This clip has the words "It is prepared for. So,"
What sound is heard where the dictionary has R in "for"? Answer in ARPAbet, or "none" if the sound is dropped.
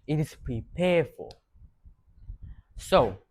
L